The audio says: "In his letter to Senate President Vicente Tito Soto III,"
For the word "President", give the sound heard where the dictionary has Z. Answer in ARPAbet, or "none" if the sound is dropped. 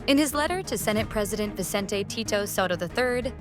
Z